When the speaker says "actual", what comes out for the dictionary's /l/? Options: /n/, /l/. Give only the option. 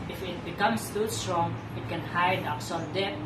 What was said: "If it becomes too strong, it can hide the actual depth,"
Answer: /n/